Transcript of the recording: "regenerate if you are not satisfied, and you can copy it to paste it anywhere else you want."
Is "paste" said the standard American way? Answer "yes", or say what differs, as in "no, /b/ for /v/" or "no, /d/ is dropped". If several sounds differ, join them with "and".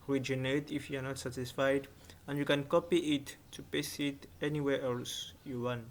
no, /t/ is dropped